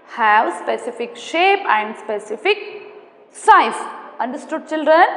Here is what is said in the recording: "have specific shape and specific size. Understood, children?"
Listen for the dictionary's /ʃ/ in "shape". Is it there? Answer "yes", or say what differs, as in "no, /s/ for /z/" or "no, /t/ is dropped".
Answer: yes